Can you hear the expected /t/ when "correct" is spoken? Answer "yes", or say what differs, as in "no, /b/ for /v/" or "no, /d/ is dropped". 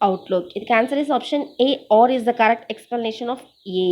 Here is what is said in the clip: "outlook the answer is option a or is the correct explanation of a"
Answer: yes